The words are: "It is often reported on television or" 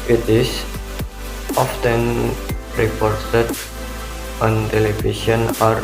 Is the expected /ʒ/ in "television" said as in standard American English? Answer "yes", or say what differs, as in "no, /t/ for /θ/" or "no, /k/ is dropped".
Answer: no, /s/ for /ʒ/